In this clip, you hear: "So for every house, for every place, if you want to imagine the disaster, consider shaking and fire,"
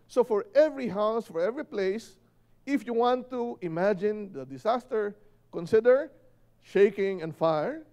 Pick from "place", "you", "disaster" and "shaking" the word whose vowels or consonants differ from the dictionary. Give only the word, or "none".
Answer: disaster